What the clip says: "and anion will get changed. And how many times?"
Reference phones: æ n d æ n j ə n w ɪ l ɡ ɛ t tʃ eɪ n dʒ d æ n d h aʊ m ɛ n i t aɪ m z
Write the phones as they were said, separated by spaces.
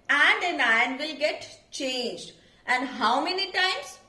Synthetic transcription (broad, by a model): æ n d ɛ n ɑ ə n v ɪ l ɡ ɛ t tʃ eɪ n dʒ d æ n d h aʊ m ɛ n i t aɪ m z